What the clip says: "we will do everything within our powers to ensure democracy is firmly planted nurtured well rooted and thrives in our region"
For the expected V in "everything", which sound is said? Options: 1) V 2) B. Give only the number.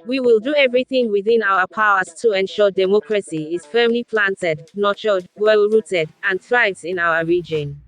1